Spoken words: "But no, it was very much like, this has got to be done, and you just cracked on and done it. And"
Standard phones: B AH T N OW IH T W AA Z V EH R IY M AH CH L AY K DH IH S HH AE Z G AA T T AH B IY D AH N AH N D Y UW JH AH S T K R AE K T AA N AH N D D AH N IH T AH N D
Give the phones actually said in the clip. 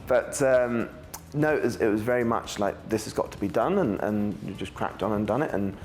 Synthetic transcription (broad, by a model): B AH T N OW IH T W AA Z V EH R IY M AH CH L AY K DH IH S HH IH Z G AA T T AH B IY D AH N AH N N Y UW JH AH S K R AE K T N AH N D D AH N IH T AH N